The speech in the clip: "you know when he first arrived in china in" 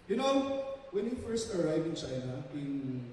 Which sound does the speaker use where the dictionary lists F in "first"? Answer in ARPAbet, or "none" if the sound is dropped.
F